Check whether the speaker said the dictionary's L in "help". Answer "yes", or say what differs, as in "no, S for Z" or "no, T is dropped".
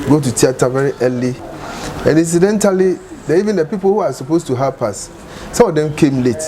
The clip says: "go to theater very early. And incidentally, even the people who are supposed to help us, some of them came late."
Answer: no, L is dropped